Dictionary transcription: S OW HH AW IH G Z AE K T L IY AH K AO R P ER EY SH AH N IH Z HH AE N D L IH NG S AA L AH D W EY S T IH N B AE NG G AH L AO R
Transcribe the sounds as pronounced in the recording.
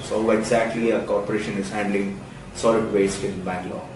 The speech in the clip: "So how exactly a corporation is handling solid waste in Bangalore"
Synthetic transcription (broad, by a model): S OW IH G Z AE K T L IY AH K AO R P ER EY SH AH N IH Z HH AE N D L IH NG S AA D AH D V EY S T IH N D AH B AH L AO